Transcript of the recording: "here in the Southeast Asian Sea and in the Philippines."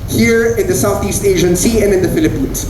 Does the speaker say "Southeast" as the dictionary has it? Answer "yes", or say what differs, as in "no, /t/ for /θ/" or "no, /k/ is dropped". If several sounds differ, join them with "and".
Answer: yes